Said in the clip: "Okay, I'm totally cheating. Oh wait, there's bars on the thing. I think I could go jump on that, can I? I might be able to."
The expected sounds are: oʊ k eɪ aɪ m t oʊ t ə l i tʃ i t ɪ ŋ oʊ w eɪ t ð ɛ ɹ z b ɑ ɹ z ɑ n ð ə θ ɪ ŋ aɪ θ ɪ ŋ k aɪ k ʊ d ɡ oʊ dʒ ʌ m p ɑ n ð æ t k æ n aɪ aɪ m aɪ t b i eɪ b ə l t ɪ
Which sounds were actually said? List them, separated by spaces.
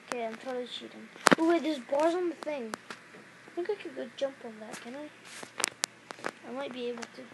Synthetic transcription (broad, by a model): k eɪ aɪ m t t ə i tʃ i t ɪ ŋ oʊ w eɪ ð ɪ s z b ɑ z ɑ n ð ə θ ɪ ŋ aɪ θ ɪ ŋ k aɪ k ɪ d ɡ oʊ dʒ ʌ m p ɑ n ð æ t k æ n aɪ aɪ m aɪ t b i eɪ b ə l t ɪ